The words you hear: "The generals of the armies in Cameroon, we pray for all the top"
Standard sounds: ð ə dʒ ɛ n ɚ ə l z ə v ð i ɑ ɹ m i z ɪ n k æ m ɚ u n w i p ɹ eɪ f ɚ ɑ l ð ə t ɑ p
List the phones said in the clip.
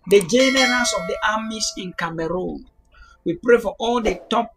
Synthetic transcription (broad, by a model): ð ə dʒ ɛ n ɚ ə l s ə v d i ɑ m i s ɪ n k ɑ m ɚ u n w i p ɹ eɪ f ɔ ɑ l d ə t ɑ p